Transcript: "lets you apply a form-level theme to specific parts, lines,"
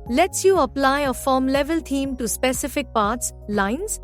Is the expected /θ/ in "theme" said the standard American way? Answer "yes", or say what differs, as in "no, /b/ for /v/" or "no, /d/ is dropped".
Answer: no, /t/ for /θ/